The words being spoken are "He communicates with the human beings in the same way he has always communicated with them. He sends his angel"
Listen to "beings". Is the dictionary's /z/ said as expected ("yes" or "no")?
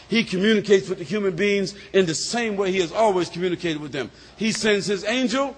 yes